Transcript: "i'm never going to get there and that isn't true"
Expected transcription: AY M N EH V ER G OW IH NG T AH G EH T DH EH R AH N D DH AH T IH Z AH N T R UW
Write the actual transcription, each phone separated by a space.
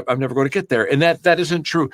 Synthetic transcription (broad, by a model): AY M N EH V ER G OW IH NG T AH G EH T DH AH R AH N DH DH AH T IH Z AH N T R UW